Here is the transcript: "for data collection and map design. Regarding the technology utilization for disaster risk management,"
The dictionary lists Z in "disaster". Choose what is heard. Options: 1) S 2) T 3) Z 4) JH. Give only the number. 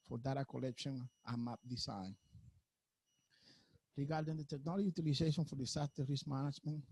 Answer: 1